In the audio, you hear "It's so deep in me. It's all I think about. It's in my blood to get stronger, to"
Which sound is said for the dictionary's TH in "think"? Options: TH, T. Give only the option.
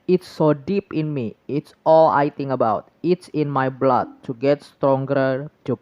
T